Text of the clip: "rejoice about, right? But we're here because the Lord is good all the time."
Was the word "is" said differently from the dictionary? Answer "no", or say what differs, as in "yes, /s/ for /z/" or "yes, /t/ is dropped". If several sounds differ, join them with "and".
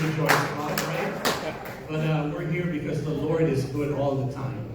no